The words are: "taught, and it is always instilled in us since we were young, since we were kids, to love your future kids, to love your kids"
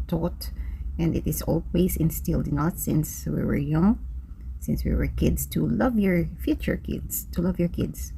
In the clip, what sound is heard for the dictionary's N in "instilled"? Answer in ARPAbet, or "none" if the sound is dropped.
N